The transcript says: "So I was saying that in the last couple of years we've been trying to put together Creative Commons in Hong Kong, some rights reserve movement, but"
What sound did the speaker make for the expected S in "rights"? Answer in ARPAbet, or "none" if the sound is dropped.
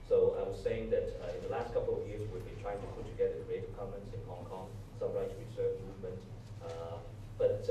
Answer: none